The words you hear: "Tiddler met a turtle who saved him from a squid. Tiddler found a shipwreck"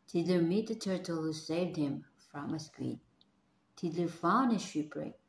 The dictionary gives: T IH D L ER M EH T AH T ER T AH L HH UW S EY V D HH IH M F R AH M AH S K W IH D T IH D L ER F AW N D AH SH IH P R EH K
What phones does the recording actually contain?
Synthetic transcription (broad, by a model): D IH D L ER M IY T AH T ER T AH L HH UW S EY V D HH IH M F R AH M AH S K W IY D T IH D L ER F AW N AH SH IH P R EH